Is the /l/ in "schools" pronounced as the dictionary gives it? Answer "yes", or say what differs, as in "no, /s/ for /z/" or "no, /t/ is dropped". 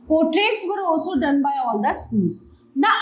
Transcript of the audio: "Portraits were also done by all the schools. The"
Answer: no, /n/ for /l/